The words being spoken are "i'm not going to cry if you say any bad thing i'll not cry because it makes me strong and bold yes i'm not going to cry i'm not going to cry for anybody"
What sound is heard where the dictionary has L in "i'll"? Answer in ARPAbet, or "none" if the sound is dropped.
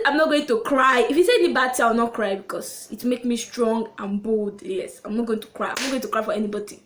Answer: W